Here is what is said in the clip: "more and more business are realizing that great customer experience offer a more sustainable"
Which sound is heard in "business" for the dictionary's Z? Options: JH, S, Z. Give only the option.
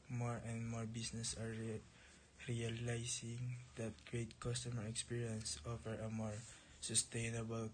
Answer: S